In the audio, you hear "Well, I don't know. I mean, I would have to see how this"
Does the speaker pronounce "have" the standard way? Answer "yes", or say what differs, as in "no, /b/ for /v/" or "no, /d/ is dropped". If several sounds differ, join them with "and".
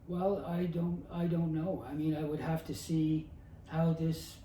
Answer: no, /f/ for /v/